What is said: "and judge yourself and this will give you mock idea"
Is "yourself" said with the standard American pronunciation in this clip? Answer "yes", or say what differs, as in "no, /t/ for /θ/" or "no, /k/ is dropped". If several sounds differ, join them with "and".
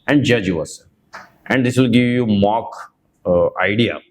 no, /s/ is dropped